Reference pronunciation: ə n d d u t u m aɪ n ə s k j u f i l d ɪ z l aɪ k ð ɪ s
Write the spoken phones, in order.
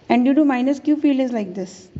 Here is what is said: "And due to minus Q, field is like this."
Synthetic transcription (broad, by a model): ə n d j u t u m aɪ n ə s k j u f i l ɪ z l aɪ k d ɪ s